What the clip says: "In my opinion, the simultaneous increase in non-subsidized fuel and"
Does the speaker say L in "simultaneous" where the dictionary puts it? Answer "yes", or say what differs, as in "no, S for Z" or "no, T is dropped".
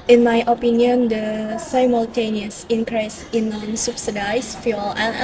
yes